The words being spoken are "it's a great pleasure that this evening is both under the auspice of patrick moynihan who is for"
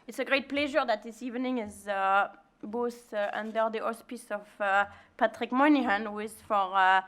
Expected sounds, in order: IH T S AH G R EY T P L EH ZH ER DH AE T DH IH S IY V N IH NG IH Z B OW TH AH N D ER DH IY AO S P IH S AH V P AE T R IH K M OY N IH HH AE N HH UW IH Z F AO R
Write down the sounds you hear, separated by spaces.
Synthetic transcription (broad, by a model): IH T S AH G R EY T P L EH ZH ER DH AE T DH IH S IY V N IH NG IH Z B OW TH AH N D ER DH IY AO S P IH S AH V P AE T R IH K M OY N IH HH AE N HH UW IH Z F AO R